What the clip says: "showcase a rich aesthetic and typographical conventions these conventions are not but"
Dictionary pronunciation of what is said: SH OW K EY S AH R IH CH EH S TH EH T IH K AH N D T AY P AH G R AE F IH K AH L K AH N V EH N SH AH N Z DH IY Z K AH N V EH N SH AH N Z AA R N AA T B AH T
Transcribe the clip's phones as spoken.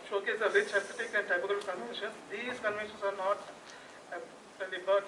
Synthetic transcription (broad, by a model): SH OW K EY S AH R IH CH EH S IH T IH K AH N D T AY B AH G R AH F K K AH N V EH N SH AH N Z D IY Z K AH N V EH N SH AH N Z AA R N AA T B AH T